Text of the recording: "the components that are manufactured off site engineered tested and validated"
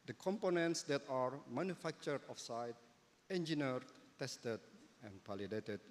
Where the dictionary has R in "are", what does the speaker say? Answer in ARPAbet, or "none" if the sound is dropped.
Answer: R